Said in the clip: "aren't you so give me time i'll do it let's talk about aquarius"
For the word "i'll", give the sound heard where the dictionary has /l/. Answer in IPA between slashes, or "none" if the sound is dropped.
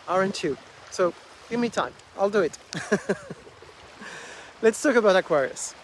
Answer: /l/